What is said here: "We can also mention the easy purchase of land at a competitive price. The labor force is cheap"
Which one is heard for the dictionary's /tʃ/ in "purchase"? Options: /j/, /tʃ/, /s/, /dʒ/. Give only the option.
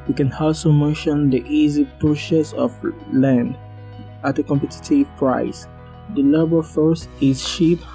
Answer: /s/